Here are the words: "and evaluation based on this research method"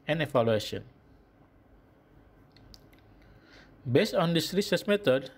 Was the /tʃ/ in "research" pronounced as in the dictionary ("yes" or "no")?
no